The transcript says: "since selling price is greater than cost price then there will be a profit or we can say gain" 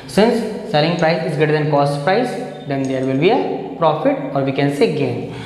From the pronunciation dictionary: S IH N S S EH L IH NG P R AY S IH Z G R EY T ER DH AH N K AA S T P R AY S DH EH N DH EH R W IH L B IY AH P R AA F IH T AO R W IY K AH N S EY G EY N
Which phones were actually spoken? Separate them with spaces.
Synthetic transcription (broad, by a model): S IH N S S EH L IH NG P R AY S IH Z G EY T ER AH N K AA S T P R AY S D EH N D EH R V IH L B IY AH P R AA F IH T AO R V IY K AH N S EY G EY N